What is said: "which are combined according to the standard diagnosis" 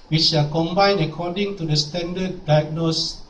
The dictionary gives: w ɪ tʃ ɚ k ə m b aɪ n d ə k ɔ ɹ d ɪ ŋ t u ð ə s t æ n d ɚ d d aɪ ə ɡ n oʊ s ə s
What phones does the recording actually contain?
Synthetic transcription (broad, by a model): w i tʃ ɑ k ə m b aɪ n ə k ɔ d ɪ ŋ t u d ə s t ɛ n d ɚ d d aɪ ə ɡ n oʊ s s